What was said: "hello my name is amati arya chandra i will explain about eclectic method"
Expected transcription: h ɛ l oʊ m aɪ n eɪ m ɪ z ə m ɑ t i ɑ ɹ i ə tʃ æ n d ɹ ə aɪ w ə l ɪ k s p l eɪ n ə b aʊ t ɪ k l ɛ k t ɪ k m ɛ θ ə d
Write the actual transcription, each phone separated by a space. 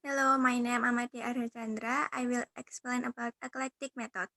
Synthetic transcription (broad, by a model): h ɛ l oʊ m aɪ n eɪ ɪ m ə m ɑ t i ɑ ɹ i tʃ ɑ n d ɹ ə aɪ w ə l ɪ k s p l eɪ n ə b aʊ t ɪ k l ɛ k t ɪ k m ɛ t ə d